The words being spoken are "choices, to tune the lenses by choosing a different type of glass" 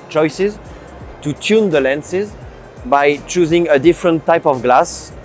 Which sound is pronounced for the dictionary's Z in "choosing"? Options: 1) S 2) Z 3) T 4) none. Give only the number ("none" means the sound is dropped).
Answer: 2